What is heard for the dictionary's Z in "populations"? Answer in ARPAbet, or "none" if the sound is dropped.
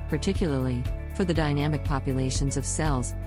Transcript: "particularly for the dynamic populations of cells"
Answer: Z